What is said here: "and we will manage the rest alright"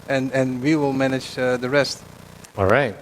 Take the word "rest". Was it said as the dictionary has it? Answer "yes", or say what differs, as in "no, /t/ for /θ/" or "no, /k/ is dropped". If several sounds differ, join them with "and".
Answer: yes